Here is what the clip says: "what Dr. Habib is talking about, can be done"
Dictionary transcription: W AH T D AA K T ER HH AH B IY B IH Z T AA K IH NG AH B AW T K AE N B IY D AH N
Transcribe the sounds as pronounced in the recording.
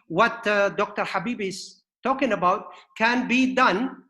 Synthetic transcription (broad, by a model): W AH T D AA K T ER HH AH B IY B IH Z T AA K IH NG AH B AW T K AE N B IY D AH N